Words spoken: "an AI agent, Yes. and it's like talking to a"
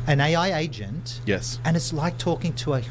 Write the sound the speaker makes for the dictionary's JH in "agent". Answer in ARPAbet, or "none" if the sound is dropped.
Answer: JH